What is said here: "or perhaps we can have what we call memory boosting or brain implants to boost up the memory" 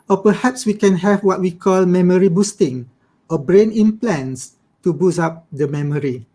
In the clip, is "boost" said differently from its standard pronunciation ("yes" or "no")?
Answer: yes